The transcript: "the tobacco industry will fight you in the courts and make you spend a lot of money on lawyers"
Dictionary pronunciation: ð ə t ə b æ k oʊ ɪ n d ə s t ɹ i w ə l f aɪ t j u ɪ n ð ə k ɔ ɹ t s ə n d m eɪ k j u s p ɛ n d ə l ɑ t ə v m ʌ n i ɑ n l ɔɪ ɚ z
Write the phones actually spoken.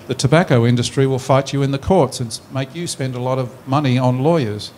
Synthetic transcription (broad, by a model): ð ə t ə b æ k oʊ ɪ n d ə s t ɹ i w ə l f aɪ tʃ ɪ ɪ n ð ə k ɔ ɹ t s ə n m eɪ k j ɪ s p ɛ n d ə l ɑ t ə v m ʌ n i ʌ n l ɔɪ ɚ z